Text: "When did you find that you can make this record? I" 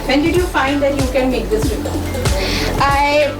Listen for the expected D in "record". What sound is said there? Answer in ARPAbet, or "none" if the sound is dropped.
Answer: none